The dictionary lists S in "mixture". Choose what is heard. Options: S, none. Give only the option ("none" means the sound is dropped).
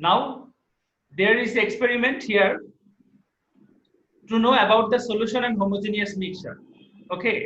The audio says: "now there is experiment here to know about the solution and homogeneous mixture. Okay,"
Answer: none